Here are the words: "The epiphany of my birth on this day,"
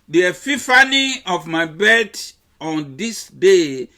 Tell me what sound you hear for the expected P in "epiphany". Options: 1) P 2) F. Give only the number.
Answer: 2